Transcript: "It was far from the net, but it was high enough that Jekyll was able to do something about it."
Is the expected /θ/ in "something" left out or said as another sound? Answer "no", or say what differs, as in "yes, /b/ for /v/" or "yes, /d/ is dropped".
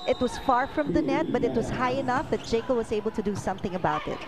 no